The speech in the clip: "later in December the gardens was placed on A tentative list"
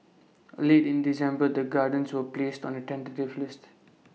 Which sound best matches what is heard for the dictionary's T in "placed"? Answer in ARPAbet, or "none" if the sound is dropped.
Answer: T